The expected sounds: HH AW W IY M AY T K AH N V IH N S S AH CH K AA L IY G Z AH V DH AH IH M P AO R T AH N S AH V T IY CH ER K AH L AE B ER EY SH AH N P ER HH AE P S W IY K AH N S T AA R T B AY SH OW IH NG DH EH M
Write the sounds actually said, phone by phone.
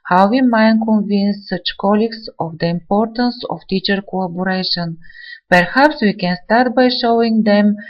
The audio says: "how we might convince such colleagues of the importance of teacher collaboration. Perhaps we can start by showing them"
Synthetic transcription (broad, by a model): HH AW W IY M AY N K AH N V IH N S S AH CH K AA L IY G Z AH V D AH IH M P AO R T AH N S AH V T IY CH ER K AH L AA B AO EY SH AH N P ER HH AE P S W IY K AH N S T AA R T B AY SH OW IH NG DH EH M